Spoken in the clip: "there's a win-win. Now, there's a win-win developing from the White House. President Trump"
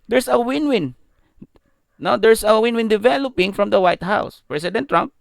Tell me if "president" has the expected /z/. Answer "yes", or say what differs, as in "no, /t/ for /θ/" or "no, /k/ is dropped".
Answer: no, /s/ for /z/